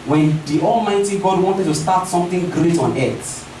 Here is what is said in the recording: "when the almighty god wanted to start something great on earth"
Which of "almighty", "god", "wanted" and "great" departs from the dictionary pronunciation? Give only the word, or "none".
none